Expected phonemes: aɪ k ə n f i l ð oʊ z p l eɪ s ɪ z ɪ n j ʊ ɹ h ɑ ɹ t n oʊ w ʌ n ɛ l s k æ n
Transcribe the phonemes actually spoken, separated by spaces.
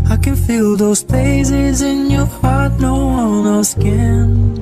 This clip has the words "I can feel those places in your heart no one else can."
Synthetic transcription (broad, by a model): aɪ k ə n f i l ð oʊ z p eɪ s ɪ z ɪ n j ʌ ɹ h ɑ ɹ t n oʊ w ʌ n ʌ s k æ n